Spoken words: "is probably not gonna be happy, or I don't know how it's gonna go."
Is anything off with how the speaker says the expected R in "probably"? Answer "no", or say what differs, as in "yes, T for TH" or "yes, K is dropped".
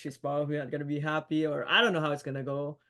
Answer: yes, R is dropped